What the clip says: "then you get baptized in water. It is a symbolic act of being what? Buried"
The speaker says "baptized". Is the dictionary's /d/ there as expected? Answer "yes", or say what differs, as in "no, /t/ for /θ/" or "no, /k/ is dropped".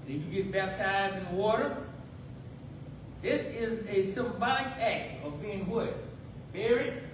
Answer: yes